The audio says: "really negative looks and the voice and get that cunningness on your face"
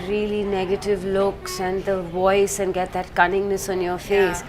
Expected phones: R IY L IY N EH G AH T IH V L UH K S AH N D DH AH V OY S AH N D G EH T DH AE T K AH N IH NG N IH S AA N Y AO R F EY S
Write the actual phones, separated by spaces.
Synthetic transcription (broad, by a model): R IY L IY N EH G AH T IH V L UH K S AH N D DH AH V OY S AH N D G EH T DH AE T K AH N IH NG N IH S AA N Y AO R F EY S